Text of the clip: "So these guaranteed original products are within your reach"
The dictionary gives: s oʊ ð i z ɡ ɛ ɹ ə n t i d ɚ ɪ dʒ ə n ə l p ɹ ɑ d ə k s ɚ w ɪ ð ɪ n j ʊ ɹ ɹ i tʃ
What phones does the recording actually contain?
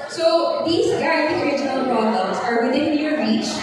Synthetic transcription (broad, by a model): s oʊ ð i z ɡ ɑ ə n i ɚ ɪ dʒ ə n ə l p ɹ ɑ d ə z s ɚ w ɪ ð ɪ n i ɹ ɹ i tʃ